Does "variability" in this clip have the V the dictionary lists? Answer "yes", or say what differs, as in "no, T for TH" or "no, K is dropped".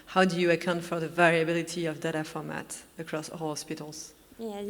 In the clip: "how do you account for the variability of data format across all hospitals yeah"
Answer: yes